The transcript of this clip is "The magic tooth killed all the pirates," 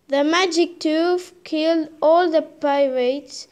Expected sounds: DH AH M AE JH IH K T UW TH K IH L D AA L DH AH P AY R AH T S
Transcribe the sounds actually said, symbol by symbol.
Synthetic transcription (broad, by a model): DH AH M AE JH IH K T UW F K IH L D AA L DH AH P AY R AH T S